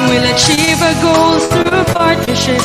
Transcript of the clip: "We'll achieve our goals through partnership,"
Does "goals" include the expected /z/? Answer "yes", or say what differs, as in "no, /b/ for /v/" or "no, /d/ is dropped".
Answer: no, /z/ is dropped